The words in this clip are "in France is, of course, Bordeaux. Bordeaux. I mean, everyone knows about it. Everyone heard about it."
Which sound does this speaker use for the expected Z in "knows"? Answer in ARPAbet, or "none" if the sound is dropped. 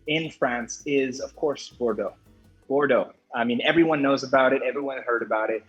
Z